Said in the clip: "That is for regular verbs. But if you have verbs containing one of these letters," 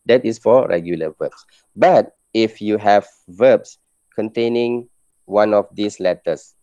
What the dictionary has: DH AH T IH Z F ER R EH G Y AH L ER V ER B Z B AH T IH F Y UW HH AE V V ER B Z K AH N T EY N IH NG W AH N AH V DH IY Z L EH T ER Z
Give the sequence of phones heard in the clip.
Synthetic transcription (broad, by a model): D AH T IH S F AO R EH G Y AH L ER V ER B S B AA T IH F Y UW HH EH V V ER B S K AH N T EY N IH NG W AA N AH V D IY S L EH T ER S